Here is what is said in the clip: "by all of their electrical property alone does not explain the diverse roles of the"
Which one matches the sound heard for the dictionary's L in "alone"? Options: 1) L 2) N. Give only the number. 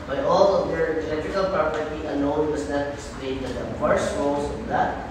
2